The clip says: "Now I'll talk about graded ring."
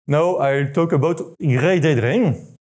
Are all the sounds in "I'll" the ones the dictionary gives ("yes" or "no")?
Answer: yes